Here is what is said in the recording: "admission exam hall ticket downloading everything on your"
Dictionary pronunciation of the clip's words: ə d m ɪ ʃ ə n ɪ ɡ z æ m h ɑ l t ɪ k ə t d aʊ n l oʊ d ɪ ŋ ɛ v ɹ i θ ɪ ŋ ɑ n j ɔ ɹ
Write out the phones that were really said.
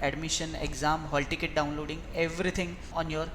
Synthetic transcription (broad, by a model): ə d m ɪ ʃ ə n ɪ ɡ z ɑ m h ɑ l t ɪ k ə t d aʊ n l oʊ d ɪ ŋ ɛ v ɹ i t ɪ ŋ ɑ n j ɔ ɹ